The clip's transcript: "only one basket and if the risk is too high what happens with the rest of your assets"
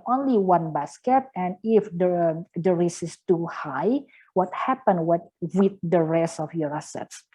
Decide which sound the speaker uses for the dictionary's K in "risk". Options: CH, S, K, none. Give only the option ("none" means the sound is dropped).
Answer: none